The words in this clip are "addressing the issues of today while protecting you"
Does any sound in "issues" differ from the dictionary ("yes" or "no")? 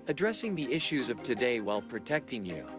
no